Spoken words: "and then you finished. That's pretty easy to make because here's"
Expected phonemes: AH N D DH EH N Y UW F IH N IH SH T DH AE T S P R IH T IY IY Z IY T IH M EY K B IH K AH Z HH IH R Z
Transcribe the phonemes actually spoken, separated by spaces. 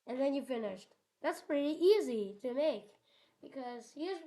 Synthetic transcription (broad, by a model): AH N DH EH N Y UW F IH N IH SH T DH AE T S P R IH T IY IY Z IY T IH M EY K B IH K AH Z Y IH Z